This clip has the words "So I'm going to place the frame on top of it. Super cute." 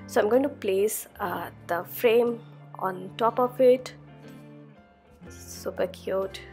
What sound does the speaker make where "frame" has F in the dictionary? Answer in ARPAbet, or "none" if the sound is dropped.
F